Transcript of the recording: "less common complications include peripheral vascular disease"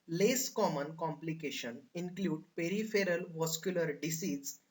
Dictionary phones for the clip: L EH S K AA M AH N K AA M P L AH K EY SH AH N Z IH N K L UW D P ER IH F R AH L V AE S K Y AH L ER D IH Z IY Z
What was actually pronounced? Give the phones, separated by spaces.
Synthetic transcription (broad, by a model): L EH S K AA M AH N K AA M P L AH K EY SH AH N IH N K L UW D P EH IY F R AH L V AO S K Y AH L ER D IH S IY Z